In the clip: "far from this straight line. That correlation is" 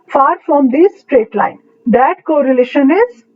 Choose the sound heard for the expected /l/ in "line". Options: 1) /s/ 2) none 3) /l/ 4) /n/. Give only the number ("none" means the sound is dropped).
3